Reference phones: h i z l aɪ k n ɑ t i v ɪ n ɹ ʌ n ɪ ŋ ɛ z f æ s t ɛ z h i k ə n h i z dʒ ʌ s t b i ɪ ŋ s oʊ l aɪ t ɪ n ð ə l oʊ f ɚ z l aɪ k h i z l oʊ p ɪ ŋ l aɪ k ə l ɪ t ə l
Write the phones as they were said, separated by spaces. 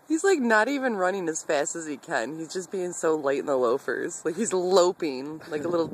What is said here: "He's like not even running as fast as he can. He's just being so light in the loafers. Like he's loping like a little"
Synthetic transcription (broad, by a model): h i z l aɪ k n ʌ t i v ɪ n ɹ ʌ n ɪ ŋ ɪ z f æ s t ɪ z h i k ə n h i z dʒ ʌ s b i ɪ ŋ s oʊ l aɪ t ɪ n ð ə l oʊ f ɚ z l aɪ k h i z l oʊ p ɪ ŋ l aɪ k ə l ɪ t l